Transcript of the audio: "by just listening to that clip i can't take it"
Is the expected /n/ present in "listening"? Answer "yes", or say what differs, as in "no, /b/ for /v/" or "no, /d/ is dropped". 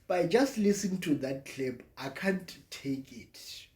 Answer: no, /n/ is dropped